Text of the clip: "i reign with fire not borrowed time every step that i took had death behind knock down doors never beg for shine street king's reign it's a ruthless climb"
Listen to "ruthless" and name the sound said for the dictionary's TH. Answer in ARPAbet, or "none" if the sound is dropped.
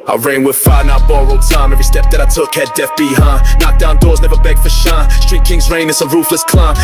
F